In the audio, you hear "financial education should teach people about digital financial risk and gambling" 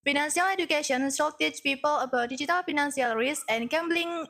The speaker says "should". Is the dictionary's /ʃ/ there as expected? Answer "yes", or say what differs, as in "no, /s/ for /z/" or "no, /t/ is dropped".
no, /s/ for /ʃ/